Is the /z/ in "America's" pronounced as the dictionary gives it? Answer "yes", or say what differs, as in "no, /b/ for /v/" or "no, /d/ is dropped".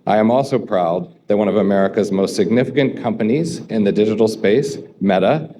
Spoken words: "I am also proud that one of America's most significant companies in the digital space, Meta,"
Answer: yes